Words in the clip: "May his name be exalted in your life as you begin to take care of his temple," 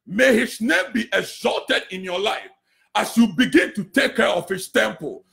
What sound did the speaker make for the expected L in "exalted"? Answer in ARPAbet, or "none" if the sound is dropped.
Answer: L